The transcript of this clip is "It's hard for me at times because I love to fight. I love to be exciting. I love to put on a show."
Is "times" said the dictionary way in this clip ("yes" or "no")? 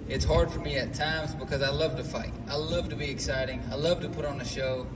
yes